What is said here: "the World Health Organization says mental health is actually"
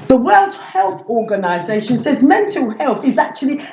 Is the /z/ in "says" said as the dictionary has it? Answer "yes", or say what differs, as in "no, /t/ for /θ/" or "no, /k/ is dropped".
yes